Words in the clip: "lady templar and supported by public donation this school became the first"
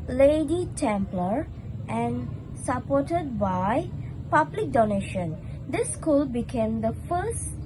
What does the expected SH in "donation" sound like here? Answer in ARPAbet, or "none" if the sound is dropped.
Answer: SH